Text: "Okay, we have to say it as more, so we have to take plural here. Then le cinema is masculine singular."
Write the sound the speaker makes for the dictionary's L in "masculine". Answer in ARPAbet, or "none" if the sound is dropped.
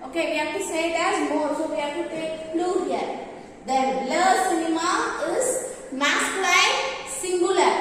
none